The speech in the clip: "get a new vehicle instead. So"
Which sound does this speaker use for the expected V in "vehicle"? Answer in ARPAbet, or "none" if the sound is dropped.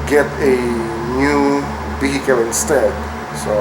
B